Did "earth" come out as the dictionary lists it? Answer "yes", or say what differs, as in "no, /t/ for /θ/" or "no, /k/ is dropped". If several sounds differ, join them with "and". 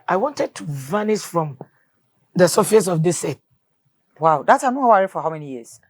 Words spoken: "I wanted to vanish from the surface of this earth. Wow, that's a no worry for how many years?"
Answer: no, /t/ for /θ/